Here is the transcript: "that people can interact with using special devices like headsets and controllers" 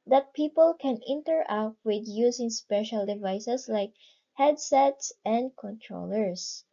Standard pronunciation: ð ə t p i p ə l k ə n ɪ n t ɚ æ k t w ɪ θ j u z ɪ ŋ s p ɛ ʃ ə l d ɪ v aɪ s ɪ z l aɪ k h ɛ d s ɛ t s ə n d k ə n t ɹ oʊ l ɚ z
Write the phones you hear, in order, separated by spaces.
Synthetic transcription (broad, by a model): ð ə t p i p ə l k ə n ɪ n t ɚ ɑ t w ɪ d j u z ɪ ŋ s p ɛ ʃ ə l d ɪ v aɪ s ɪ s l aɪ k h ɛ d s ɛ t s ə n d k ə n t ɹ oʊ l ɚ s